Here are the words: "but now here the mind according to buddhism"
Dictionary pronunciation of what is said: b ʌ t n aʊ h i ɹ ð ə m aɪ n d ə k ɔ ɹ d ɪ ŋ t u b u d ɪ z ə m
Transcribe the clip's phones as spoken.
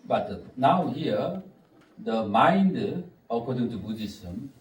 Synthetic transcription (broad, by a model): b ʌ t n aʊ h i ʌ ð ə m aɪ n d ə k ɔ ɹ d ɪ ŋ t u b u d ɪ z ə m